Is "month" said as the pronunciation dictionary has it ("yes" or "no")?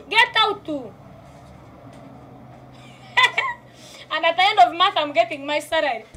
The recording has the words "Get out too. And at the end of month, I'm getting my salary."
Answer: no